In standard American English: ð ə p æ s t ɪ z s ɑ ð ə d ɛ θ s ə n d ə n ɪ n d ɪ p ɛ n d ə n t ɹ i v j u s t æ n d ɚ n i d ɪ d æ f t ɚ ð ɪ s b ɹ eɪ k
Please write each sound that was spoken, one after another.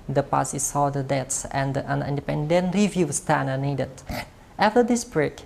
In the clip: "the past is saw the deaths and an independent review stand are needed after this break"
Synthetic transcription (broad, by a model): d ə p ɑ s ɪ s ɑ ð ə d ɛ t s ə n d ə n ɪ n d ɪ p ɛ n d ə n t ɹ i v j u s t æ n ɚ n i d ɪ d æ f t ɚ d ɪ s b ɹ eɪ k